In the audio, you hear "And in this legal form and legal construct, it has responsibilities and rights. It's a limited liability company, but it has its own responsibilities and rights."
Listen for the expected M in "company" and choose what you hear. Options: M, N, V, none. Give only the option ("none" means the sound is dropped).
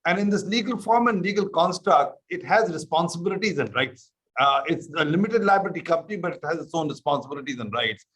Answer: none